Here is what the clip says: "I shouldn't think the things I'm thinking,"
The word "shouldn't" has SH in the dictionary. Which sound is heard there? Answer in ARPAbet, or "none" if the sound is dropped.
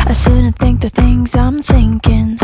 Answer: S